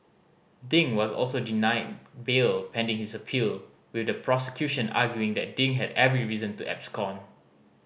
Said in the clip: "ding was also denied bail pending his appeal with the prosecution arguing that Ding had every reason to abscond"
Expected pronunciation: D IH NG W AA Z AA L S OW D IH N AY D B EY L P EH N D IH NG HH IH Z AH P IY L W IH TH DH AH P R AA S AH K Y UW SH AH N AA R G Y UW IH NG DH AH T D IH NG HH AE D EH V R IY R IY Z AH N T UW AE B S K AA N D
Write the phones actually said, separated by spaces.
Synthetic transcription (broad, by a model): D IH NG W AA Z AA L S OW D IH N AY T B EY L P EH N D IH NG HH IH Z AH P IY L W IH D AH P R AA S AH K Y UW SH AH N AA G Y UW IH NG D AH T D IH NG HH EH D EH V R IY R IY Z AH N T UW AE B S K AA N